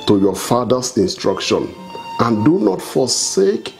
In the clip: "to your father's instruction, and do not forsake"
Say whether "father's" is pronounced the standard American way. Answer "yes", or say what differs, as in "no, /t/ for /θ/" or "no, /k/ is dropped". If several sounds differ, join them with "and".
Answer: no, /s/ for /z/